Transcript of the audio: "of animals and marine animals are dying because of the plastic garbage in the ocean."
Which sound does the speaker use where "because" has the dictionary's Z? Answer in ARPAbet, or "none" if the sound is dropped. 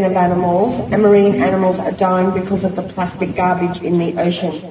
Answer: Z